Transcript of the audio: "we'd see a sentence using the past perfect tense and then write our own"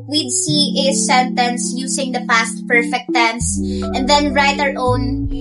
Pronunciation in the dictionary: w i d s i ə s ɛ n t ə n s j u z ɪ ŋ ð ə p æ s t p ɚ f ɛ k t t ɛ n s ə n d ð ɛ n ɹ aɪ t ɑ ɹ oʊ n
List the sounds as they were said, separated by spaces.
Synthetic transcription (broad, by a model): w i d s i ə s ɛ n t ə n s j u s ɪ ŋ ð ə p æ s t p ɚ f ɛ k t t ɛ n s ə n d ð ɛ n ɹ aɪ t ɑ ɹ oʊ n